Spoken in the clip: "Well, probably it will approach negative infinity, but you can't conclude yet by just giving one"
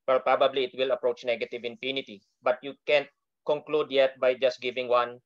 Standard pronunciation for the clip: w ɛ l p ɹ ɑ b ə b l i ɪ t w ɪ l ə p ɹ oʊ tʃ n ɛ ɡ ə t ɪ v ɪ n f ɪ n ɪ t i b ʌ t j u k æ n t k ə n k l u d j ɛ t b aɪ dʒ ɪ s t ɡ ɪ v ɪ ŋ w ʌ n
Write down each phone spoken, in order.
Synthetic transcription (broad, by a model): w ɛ l p ɹ ɑ b ə b l i ɪ t w ɪ l ə p ɹ oʊ tʃ n ɛ ɡ ə t ɪ v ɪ n p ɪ n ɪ t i b ʌ t j u k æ n t k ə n k l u d j ɛ t b aɪ dʒ ɪ s t ɡ ɪ v ɪ ŋ w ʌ n